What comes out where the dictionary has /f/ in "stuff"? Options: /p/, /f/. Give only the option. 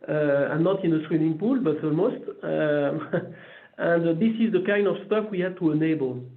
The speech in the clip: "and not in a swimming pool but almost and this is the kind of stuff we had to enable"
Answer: /f/